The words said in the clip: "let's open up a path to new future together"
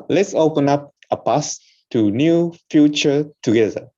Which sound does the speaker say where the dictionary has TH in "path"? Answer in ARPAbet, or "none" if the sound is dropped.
S